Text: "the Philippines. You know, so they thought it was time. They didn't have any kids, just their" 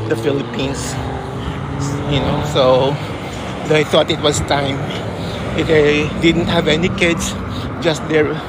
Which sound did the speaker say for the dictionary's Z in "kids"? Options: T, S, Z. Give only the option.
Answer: S